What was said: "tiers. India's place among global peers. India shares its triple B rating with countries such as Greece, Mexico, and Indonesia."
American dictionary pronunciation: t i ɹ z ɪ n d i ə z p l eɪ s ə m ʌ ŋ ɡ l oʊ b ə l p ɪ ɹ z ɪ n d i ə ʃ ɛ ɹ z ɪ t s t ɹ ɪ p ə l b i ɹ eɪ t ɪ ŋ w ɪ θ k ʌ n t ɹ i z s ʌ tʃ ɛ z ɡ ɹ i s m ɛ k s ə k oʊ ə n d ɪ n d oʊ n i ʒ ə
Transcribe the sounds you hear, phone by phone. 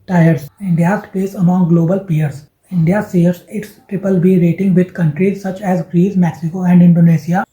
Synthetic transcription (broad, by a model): t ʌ ɹ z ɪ n d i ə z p eɪ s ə m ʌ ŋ ɡ l oʊ b ə l p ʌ ɹ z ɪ n d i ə s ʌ ɹ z ɪ t s t ɹ ɪ p ə l b i ɹ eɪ t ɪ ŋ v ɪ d k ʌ n t ɹ i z s ʌ tʃ ɛ z ɡ ɹ i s m ɛ k s ə k oʊ ə n d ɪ n d oʊ n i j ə